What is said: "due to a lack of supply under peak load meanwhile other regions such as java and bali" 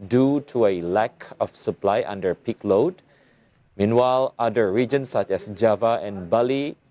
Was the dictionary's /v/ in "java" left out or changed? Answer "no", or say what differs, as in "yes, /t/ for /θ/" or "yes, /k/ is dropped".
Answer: no